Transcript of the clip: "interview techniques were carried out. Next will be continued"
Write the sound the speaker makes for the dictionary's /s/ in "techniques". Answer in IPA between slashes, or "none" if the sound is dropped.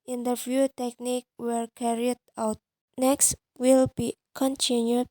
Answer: none